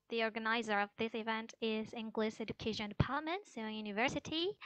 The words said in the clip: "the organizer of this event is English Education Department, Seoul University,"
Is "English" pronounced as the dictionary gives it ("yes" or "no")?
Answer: no